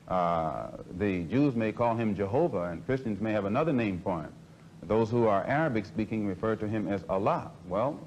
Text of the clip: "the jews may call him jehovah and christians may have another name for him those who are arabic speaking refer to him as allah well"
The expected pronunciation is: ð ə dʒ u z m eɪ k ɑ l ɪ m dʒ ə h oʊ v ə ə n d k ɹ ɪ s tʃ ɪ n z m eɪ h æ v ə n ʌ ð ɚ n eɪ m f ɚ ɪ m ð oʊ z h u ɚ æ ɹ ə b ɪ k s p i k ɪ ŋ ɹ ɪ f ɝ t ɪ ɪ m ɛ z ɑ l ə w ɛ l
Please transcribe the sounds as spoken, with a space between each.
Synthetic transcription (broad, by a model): ð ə dʒ u z m eɪ k ɑ l ɪ m dʒ ə h oʊ v ə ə n k ɹ ɪ s tʃ ɪ n z m eɪ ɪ v ə n ʌ ð ɚ n eɪ m p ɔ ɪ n ð oʊ z h u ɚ æ ɹ ə b ɪ k s p i k ɪ ŋ ɹ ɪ f ɝ t ɪ ɪ m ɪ z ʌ l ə w ɛ l